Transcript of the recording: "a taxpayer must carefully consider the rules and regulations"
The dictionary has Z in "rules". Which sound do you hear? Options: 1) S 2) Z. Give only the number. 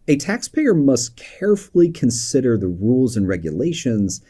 2